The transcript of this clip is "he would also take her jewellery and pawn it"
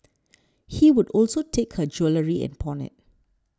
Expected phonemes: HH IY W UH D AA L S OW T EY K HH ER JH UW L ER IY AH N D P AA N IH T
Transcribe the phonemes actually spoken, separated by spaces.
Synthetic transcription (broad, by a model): HH IY W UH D AA L S OW T EY K HH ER JH UW L ER IY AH N P AA N IH T